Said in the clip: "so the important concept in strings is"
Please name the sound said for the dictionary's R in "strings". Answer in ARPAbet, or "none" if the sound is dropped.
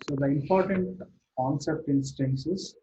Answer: none